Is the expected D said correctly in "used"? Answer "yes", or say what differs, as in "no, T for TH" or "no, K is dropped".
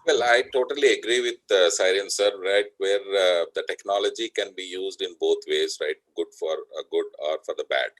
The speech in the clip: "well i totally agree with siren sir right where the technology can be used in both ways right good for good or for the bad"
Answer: yes